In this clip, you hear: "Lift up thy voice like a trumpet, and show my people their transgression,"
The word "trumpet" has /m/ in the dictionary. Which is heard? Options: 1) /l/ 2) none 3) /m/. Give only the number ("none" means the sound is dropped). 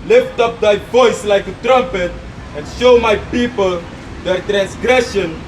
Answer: 3